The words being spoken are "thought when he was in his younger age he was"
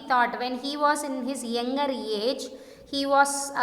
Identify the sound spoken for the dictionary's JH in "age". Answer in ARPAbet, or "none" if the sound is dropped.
JH